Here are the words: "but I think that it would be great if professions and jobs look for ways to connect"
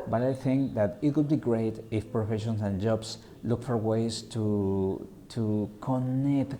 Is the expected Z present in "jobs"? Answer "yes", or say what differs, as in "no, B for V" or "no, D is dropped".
no, S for Z